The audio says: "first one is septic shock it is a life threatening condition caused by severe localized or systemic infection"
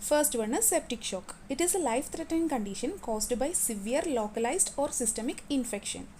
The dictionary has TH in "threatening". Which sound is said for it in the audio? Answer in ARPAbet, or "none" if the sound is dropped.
T